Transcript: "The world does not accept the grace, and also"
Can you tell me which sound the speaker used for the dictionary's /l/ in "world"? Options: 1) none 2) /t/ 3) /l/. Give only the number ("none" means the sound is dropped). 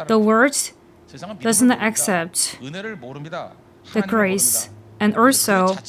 1